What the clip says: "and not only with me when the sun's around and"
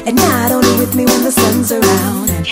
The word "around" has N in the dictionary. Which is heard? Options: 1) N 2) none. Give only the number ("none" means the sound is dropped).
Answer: 2